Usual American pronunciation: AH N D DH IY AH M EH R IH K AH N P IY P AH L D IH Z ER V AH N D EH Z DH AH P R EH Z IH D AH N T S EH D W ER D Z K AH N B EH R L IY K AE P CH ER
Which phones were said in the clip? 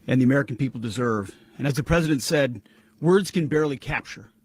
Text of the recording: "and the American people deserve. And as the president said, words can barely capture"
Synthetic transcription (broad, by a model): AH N DH IY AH M EH R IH K N P IY P L D IH Z ER V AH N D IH Z DH AH P R EH Z IH D AH N T S EH D W ER D Z K AH N B EH R L IY K AE P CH ER